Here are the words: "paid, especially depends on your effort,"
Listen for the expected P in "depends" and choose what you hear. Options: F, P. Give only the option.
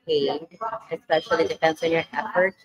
F